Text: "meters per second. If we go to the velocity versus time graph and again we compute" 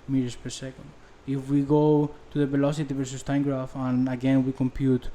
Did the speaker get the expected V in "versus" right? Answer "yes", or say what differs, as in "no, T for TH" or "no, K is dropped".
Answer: yes